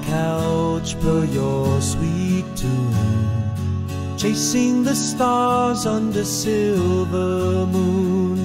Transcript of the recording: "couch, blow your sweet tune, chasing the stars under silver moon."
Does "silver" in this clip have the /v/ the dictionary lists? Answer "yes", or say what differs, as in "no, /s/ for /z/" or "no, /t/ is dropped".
yes